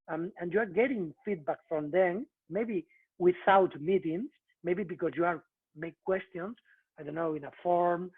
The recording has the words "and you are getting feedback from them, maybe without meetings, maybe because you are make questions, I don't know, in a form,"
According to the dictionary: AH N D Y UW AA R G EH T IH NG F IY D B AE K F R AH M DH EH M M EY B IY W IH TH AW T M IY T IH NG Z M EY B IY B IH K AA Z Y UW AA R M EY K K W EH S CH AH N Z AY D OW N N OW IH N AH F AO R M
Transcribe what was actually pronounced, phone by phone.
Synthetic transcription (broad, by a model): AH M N Y UW AA R G EH T IH NG F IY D B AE K F R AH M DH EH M M EY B IY W IH TH AW T M IY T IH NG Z M EY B IY B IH K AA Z Y UW AA R M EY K K W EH S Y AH N S AY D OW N N OW IH N AH F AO R M